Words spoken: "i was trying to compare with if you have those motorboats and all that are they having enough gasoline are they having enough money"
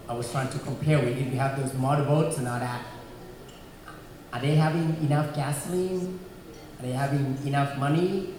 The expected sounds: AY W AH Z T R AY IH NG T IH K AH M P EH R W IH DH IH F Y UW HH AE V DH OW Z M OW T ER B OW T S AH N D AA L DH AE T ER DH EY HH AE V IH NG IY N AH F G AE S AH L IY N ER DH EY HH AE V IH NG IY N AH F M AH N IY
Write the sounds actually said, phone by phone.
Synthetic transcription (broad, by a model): AY W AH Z T R AY IH NG T IH K AH M P EH R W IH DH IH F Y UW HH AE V DH OW Z M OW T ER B OW T S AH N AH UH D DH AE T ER DH EY HH AE V IH NG IY N AH F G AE S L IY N ER DH EY HH AE V IH NG IY N AH F M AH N IY